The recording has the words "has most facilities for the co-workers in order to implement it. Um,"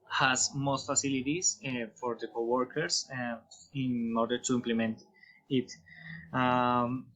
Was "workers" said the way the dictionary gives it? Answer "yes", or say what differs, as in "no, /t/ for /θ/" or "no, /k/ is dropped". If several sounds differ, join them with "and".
no, /s/ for /z/